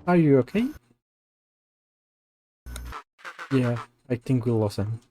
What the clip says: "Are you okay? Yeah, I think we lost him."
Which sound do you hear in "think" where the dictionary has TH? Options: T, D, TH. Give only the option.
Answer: TH